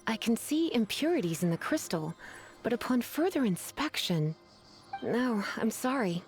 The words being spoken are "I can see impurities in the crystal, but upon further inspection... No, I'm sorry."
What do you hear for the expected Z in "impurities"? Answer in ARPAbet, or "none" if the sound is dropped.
Z